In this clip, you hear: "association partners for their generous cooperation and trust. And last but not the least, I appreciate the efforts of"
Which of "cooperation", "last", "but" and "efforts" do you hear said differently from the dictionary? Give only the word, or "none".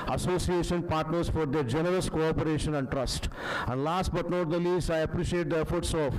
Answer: none